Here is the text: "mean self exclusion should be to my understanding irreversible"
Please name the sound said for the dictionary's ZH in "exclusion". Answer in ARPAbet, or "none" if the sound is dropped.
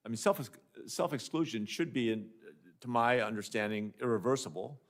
ZH